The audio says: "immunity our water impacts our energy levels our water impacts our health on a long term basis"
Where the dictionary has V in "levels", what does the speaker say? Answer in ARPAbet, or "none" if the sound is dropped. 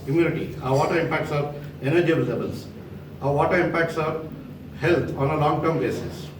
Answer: B